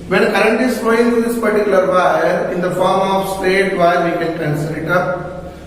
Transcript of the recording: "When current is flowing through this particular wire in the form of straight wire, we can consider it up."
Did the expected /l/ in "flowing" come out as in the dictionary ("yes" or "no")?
no